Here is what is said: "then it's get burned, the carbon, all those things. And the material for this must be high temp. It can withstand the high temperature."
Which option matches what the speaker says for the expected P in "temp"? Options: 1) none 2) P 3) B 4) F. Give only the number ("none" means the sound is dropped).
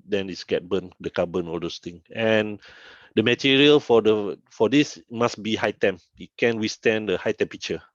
1